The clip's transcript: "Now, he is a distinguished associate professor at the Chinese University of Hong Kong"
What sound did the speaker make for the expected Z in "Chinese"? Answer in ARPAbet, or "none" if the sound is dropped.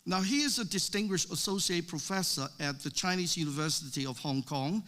Z